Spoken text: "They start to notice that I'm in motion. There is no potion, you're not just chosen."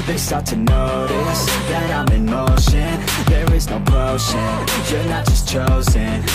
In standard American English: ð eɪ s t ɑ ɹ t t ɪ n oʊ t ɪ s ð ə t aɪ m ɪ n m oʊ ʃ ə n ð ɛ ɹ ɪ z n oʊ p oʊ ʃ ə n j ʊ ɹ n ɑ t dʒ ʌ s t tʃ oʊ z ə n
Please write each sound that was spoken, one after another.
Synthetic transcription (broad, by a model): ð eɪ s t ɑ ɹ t t ɪ n oʊ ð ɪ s ð ə t aɪ m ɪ m oʊ ʃ ə n ð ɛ ɹ ɪ z n oʊ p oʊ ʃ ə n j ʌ ɹ n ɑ t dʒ ʌ s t tʃ oʊ z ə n